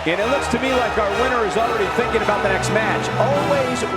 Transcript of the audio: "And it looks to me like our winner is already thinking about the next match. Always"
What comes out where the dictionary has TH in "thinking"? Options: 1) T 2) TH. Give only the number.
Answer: 2